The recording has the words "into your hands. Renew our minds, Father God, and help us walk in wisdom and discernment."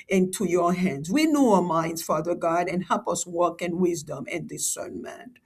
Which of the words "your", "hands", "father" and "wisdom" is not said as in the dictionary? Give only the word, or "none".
none